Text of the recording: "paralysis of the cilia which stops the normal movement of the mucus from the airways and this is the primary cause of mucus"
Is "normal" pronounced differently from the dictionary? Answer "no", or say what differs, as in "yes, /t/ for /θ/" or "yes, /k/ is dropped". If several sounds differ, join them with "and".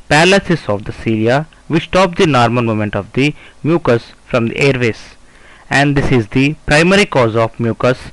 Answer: yes, /n/ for /l/